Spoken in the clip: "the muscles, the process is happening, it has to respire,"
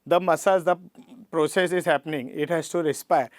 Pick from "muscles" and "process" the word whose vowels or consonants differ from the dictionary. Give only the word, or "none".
muscles